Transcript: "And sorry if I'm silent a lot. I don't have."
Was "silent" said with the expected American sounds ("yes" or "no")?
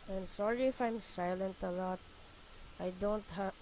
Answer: yes